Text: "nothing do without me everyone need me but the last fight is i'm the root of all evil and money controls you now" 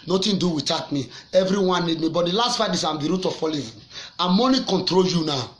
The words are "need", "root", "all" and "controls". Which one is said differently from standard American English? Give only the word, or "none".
controls